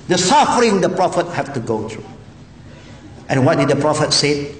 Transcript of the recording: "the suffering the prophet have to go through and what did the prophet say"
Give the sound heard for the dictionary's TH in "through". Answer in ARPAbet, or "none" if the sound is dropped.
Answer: T